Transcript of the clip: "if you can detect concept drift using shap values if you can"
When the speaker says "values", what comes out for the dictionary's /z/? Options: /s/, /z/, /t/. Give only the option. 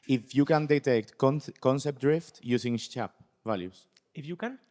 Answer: /s/